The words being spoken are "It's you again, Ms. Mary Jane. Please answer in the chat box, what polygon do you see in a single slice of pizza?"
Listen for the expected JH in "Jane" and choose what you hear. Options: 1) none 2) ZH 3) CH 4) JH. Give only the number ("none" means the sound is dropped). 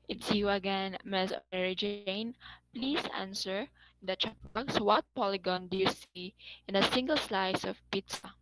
4